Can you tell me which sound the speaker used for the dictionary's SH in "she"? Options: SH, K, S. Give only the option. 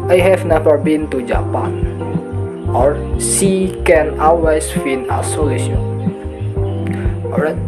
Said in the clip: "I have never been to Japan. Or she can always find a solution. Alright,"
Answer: S